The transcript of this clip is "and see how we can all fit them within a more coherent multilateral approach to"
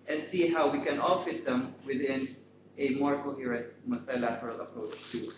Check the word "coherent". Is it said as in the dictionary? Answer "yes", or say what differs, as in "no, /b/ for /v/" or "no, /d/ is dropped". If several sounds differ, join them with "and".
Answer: no, /n/ is dropped